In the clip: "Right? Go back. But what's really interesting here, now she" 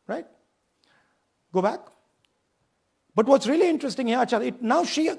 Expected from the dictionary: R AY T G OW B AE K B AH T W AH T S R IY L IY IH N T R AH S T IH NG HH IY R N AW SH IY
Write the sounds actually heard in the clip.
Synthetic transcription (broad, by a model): R AY T G OW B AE K B AH T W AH T S R IY L IY IH N T R AH S T IH NG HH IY L N AW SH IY